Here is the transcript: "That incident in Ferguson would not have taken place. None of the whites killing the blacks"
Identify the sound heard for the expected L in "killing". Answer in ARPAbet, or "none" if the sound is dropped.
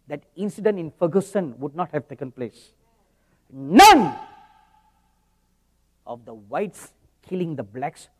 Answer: L